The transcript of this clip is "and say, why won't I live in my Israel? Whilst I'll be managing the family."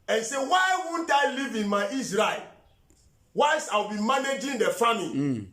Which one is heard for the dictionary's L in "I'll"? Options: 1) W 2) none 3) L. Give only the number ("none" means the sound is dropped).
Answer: 1